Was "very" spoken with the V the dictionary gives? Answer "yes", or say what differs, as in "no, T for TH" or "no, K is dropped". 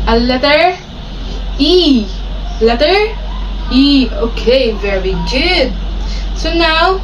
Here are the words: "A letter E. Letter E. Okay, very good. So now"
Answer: yes